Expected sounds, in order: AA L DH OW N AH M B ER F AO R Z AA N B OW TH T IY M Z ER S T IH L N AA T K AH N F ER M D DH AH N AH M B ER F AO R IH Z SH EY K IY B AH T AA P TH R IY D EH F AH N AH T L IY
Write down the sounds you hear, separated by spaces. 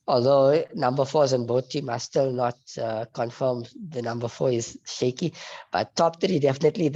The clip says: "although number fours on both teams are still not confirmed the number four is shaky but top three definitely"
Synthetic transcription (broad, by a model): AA L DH OW N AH M B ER F AO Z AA N B OW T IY M ER S T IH L N AA T K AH N F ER M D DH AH N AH M B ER F AO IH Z SH EY K IY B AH T AA P T R IY D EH F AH N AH T L IY